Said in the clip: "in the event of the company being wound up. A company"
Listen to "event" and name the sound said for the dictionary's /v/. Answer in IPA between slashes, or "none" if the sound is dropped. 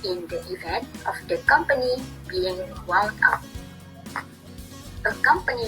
/v/